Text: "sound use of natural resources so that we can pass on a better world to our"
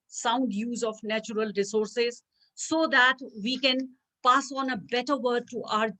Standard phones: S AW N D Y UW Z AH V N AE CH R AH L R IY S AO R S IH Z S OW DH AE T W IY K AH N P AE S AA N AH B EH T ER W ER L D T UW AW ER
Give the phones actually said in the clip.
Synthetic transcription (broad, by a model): S AW N D Y UW Z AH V N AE CH R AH L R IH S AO R S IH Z S OW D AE T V IY K AH N P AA S AA N AH B EH T ER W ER D T UW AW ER